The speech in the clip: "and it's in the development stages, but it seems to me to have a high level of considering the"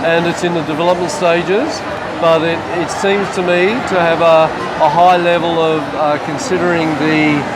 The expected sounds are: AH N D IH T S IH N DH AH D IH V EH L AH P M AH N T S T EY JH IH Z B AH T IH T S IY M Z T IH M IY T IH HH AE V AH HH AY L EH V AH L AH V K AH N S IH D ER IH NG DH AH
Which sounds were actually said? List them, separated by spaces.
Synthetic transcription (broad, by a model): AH N IH T S IH N DH AH D IH V EH L AH P M AH N T S T EY JH IH Z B AH T IH T S IY M Z T IH M IY T IH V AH AH HH AY L EH V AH L AH V K AH N S IH D ER IH NG DH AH